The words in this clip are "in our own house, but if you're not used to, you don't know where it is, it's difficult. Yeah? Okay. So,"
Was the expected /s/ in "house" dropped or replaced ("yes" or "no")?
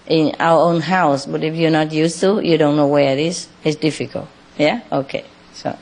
no